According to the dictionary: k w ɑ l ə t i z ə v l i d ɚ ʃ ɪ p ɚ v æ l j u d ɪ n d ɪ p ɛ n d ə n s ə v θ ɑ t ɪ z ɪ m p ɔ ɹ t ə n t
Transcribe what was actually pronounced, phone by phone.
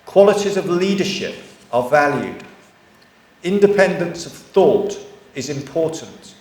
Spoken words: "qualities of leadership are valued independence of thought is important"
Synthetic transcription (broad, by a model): k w ɑ l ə t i z ə v l i d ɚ ʃ ɪ p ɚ v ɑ l j u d ɪ n d ɪ p ɛ n d ə n s ə v θ ɑ t ɪ z ɪ m p ɔ t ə n t